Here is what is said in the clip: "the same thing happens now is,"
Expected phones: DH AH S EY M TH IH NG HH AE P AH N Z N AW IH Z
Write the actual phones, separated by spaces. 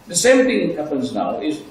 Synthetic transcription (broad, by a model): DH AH S EY M TH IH NG HH AE P AH N Z N AW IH Z